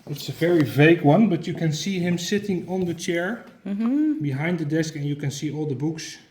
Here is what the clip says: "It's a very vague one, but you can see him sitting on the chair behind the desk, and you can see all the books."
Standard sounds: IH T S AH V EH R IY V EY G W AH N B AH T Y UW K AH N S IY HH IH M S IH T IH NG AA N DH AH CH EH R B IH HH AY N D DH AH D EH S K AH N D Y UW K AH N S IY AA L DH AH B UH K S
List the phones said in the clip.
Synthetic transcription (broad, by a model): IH T S AH V EH R IY V EY G W AH N B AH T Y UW K AH N S IY HH IH M S IH T IH NG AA N DH AH CH EH R B IH HH AY N D DH AH D EH S K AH N Y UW K AH N S IY AA L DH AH B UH K S